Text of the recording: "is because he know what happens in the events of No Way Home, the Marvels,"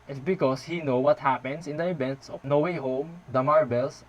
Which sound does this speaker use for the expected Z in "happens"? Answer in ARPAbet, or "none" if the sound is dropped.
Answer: S